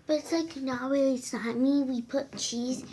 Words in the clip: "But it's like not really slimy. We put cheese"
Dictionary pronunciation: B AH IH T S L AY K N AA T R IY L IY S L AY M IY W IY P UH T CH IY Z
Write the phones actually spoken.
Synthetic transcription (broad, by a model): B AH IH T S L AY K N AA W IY IY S AY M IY W IY P UH T CH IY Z